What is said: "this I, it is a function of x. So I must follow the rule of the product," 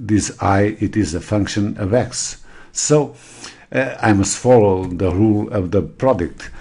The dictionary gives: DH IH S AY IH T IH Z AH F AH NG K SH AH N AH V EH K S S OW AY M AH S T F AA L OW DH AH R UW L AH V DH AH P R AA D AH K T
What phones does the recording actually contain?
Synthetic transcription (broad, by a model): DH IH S AY IH T IH Z AH F AH NG K SH AH N AH V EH K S S OW AY M AH S T F AA L OW DH AH R UW L AH V DH AH P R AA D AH K T